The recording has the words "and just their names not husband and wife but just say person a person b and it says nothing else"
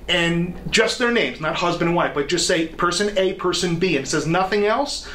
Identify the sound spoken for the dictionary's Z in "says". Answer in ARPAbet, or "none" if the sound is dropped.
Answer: Z